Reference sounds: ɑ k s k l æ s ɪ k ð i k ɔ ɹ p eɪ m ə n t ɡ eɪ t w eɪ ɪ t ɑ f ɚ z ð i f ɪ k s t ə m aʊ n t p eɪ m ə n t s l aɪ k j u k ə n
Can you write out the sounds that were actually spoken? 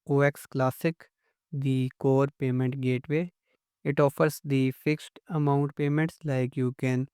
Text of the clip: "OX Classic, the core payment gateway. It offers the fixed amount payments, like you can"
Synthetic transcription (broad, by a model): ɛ k s k l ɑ s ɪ k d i k ɔ ɹ p eɪ m ə n t ɡ eɪ t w eɪ ɪ t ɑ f ɚ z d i f ɪ k s t ə m aʊ n t p eɪ m ə n t s l aɪ k j u k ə n